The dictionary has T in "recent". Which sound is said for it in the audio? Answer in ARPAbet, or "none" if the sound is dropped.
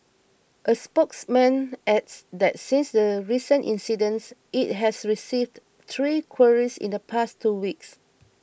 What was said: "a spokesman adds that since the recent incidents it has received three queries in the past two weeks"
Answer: T